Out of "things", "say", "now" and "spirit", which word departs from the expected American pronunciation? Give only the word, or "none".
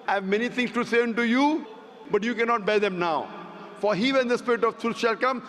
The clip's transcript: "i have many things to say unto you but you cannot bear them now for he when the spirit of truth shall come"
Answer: things